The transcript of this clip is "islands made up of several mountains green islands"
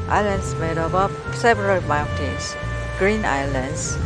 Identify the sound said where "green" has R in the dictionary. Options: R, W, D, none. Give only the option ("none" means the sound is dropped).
R